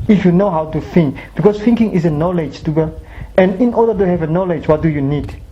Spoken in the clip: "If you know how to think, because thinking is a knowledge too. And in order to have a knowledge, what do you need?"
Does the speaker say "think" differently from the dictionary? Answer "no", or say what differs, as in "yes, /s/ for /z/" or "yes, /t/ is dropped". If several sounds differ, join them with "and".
yes, /f/ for /θ/